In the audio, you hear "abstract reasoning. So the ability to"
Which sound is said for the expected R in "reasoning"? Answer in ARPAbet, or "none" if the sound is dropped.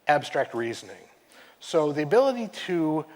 R